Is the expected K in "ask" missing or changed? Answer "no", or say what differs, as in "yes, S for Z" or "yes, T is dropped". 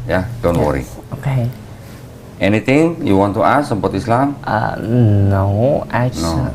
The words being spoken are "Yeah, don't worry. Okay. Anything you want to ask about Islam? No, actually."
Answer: yes, K is dropped